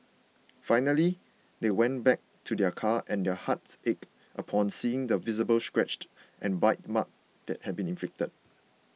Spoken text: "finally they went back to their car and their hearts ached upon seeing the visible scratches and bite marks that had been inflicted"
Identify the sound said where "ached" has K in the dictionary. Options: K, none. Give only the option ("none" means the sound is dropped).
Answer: K